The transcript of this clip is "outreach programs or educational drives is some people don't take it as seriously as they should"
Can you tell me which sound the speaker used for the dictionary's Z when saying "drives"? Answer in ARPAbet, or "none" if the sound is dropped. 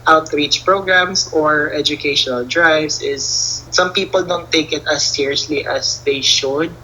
S